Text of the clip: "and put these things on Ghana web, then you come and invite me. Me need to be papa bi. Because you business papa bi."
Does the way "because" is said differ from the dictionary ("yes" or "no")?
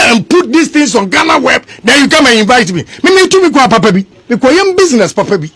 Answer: yes